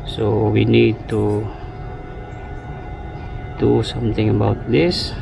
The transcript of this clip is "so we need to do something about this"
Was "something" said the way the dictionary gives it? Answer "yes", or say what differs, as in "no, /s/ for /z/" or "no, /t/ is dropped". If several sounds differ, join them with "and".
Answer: no, /t/ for /θ/